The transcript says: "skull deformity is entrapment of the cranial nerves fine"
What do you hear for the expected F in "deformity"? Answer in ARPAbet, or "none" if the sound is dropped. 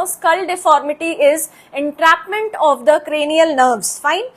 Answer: F